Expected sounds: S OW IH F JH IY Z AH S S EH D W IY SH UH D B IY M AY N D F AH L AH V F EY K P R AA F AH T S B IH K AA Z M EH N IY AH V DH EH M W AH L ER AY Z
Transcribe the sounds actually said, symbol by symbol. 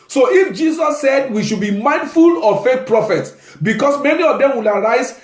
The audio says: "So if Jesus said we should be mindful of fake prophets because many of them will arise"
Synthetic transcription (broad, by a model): S OW IH F JH IY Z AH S S EH D W IY SH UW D B IY M AY N D F AH L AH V F EY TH P R AA F AH T S B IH K AA S M EH N IY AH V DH EH M W AH L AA AY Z